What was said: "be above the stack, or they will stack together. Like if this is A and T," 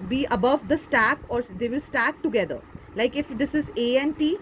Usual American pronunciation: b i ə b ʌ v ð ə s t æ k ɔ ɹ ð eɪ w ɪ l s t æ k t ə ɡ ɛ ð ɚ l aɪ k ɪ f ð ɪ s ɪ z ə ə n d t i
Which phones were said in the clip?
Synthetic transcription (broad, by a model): b i ə b ʌ v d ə s t æ k ɔ ɹ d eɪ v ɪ l s t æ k t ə ɡ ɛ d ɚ l aɪ k ɪ f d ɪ s ɪ z ə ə n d t i